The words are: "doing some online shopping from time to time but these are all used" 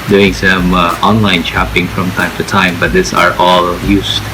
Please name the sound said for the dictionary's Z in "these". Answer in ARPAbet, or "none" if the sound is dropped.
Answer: S